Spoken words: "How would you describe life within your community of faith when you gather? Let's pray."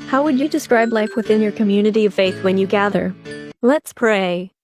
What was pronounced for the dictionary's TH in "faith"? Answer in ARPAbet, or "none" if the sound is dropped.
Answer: TH